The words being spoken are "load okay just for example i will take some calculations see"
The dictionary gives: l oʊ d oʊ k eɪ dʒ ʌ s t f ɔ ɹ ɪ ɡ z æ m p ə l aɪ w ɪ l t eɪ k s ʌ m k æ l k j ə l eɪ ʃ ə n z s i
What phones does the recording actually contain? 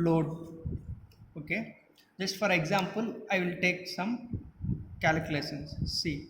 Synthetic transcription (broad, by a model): l oʊ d oʊ k eɪ dʒ ʌ s t f ɔ ɹ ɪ ɡ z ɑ m p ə l aɪ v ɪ l t eɪ k s ʌ m k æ l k l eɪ s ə n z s i